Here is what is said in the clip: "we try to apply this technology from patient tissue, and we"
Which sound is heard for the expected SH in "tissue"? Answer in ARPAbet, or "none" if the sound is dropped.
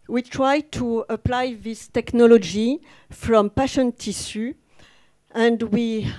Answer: S